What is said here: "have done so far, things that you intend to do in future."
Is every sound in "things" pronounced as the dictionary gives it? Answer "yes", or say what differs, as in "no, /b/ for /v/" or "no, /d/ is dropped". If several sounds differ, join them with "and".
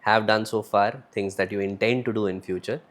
no, /t/ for /θ/